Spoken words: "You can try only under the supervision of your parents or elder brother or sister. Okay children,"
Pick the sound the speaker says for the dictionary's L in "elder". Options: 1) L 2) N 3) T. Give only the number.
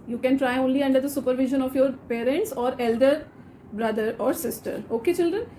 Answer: 1